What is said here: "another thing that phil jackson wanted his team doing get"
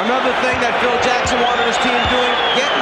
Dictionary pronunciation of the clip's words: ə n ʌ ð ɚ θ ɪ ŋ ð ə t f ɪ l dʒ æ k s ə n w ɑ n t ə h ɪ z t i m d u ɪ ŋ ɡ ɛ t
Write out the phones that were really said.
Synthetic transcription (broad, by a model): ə n ʌ ð ɚ θ ɪ ŋ ð ə t f ɪ l dʒ æ k s ə n w ɑ t ə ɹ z t i m d u ɪ ŋ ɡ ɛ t